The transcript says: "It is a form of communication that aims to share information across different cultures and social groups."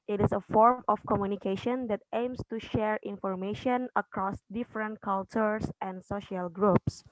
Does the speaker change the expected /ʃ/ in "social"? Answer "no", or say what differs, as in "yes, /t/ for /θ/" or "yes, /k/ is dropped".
no